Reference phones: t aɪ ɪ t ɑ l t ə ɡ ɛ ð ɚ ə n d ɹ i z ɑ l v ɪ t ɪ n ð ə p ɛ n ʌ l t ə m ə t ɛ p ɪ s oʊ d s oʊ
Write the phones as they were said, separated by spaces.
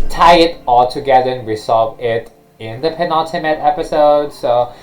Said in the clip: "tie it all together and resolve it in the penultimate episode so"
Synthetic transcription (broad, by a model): t aɪ ɪ t ɑ l t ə ɡ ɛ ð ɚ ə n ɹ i s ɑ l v ɪ t ɪ n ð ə p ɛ n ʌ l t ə m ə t ɛ p ɪ s oʊ d s oʊ